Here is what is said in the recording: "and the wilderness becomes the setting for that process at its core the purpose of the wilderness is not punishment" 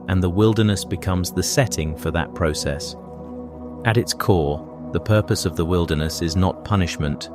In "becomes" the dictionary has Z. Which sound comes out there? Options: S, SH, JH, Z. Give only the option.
Z